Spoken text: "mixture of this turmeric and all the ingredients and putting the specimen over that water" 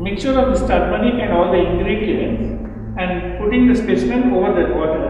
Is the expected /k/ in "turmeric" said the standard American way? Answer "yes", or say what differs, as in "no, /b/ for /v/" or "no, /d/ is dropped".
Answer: no, /k/ is dropped